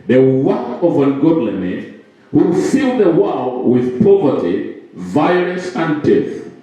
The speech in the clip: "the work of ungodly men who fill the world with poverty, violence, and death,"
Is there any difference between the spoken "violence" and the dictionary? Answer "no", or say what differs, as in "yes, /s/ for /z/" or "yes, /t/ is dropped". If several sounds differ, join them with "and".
yes, /n/ is dropped